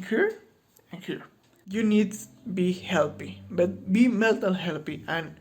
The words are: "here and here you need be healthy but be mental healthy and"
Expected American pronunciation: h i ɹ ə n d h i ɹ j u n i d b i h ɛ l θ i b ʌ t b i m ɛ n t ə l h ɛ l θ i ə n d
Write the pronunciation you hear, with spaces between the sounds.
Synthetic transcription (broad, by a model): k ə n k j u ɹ j u n i d b i h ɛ l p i b ʌ t b i m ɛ l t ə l h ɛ l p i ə n